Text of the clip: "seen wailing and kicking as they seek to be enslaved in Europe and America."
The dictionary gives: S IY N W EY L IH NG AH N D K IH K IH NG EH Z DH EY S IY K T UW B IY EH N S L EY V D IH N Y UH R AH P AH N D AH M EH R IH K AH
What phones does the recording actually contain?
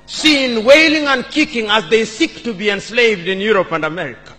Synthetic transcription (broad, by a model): S IY N W EY L IH NG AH N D K IH K IH NG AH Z DH EY S IY K T UW B IY EH N S L EY V D IH N Y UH R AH P AH N D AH M EH R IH K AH